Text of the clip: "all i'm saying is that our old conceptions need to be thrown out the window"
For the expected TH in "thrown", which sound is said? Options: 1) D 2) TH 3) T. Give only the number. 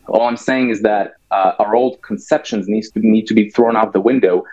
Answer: 2